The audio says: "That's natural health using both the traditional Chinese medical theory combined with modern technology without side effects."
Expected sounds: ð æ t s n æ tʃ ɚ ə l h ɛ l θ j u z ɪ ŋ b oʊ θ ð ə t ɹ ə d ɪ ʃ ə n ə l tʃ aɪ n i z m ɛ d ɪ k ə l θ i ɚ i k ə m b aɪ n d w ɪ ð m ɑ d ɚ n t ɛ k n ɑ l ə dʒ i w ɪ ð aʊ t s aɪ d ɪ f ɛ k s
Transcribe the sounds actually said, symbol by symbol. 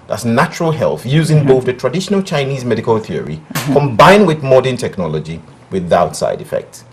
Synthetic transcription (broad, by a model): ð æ t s n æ tʃ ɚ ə l h ɛ l θ j u z ɪ ŋ b oʊ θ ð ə t ɹ ə d ɪ ʃ ə n ə l tʃ aɪ n i z m ɛ d ɪ k ə l θ i ɚ i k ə m b aɪ n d w ɪ ð m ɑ d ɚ n t ɛ k n ɑ l ə dʒ i w ɪ ð aʊ t s aɪ d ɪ f ɛ k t